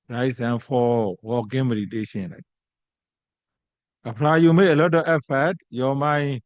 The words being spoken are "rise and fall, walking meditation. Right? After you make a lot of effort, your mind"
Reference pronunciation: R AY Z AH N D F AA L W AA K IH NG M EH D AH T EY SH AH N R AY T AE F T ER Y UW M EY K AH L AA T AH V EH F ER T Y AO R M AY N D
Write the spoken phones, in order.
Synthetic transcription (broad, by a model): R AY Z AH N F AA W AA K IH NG M EH D AH T EY SH AH N L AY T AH P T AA Y UW M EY AH L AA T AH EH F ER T Y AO M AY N